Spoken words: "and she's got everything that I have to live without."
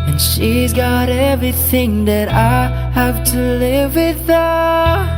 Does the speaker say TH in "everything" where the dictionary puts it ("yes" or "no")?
yes